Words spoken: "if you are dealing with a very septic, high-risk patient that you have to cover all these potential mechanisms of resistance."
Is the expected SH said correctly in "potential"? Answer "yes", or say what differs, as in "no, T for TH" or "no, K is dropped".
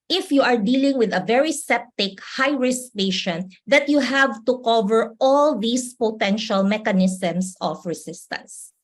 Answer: yes